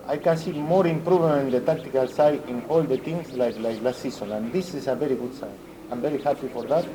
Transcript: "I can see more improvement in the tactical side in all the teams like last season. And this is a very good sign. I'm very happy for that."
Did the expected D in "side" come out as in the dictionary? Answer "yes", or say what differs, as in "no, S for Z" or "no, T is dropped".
no, D is dropped